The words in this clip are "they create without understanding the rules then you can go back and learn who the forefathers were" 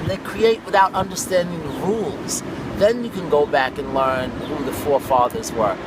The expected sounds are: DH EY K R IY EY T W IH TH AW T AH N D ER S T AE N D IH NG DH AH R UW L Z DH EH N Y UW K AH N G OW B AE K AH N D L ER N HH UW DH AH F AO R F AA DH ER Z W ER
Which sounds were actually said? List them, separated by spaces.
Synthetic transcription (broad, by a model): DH EY K R IY EY T W IH TH AW T AH N D ER S T AE N D IH NG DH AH R UW L Z DH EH N Y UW K AH N G OW B AE K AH N L ER N HH UW DH AH F AO R F AA DH ER Z W ER